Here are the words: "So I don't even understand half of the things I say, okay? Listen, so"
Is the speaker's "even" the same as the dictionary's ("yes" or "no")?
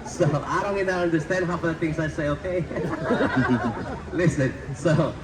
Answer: no